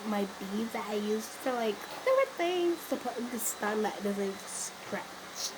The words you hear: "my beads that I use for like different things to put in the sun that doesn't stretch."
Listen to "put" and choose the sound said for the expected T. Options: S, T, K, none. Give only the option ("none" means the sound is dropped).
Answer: none